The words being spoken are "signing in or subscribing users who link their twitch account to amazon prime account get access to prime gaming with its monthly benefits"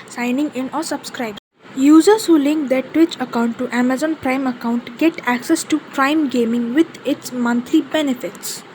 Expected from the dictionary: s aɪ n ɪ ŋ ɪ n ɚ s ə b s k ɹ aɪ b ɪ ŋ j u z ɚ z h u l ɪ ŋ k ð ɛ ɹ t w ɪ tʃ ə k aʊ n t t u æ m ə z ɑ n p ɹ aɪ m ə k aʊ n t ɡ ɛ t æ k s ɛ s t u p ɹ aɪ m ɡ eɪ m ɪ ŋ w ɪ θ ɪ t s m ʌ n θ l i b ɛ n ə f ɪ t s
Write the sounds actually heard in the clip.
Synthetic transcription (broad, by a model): s aɪ n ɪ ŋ ɪ n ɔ s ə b s k ɹ aɪ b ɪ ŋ j u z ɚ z h u l ɪ ŋ k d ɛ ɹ t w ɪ tʃ ə k aʊ n t t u æ m ə z ɑ n p ɹ aɪ m ə k aʊ n t ɡ ɛ t æ k s ɛ s t u p ɹ aɪ m ɡ eɪ m ɪ ŋ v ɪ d ɪ t s m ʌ n t l i b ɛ n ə f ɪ t s